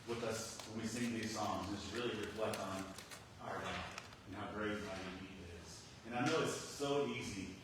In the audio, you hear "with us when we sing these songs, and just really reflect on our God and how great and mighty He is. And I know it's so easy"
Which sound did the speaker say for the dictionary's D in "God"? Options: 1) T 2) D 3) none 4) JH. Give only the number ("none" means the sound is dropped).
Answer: 3